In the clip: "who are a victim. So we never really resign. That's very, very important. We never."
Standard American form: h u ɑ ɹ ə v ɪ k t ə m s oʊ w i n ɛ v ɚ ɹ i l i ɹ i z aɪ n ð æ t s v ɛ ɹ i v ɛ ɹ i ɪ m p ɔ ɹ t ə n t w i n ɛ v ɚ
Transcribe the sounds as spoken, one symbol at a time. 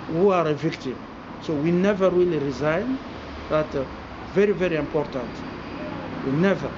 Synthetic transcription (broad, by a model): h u ɑ ɹ ə v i k t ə m s oʊ w i n ɛ v ɚ w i l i ɹ i z aɪ n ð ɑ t v ɛ ɹ i v ɛ ɹ i ɪ m p ɔ ɹ t ə n t w i n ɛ v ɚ